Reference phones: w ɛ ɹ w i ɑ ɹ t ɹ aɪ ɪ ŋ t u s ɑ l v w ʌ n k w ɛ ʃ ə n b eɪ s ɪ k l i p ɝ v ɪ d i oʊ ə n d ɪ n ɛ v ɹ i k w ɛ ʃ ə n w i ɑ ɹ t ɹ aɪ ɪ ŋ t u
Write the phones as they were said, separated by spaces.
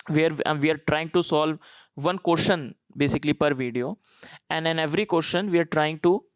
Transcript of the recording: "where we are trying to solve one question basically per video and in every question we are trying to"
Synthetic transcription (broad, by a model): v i ɹ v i ɑ ɹ t ɹ aɪ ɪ ŋ t u s ɑ l v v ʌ n k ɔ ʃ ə n b eɪ s ɪ k l i p ɝ v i d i oʊ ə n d ɪ n ɛ v ɹ i k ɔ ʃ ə n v i ɑ ɹ t ɹ aɪ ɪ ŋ t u